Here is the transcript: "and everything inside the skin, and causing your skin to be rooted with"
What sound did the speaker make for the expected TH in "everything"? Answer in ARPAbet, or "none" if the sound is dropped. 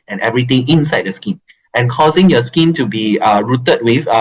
T